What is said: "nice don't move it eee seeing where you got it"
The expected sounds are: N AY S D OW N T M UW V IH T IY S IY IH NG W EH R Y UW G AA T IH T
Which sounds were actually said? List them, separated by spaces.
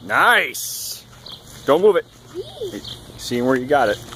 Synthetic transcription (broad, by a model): N AY S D OW N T M UW V IH T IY S IY IH NG W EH R Y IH G AA T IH T